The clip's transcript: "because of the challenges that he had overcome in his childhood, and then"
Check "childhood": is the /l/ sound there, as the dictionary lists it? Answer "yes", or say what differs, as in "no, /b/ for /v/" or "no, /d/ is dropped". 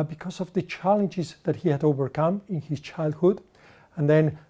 yes